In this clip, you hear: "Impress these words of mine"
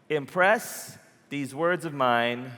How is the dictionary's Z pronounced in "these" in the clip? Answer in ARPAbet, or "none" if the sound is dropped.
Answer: Z